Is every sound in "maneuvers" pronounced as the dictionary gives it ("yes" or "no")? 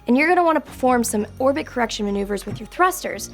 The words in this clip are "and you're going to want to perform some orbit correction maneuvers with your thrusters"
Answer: yes